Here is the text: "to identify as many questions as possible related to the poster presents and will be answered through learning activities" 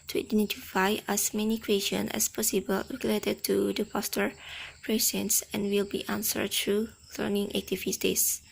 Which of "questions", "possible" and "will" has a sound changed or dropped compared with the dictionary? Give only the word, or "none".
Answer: questions